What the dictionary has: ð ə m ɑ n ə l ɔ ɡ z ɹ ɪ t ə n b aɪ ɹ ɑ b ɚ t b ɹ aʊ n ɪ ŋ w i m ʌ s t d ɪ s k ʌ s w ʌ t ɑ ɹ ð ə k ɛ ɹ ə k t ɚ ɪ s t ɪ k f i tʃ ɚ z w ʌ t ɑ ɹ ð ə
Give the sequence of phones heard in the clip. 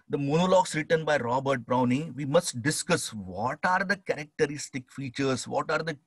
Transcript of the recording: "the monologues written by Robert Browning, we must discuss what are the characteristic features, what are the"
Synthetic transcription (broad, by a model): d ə m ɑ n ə l ɔ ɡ s ɹ ɪ t ə n b aɪ ɹ ɑ b ɚ t b ɹ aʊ n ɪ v i m ʌ s t d ɪ s k ʌ s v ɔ t ɑ ɹ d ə k ɛ ɹ ə k t ɚ ɪ s t ɪ k f i tʃ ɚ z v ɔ t ɑ ɹ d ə